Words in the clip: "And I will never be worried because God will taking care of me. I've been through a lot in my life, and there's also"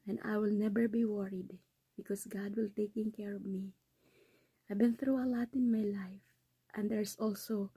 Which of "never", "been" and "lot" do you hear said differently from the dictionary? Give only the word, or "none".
never